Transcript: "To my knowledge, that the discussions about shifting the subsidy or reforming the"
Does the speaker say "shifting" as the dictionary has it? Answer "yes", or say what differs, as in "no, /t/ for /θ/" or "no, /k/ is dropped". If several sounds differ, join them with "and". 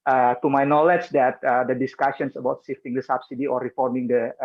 no, /s/ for /ʃ/